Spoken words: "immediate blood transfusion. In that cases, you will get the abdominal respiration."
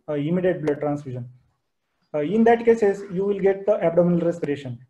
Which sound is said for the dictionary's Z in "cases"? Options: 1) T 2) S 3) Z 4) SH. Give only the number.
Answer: 2